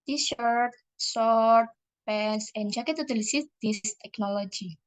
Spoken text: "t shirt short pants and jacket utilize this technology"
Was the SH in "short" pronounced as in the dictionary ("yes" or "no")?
no